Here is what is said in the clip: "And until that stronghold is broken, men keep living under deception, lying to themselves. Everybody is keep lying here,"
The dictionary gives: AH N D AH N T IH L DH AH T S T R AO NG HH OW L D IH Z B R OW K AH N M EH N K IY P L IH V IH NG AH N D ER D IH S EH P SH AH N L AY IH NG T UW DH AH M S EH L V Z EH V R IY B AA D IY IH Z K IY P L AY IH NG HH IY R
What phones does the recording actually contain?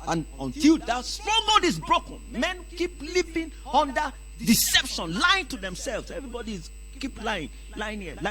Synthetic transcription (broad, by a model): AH N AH N T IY L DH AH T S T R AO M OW D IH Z B R OW K AH N M EH N K IY P L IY P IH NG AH N D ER D IH S EH P SH AH N L AY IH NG T UW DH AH M S EH L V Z EH V R IY B AA D IY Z K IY P L AY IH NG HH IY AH